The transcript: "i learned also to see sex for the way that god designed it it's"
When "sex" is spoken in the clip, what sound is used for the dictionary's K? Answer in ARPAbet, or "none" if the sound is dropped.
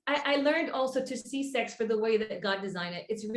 K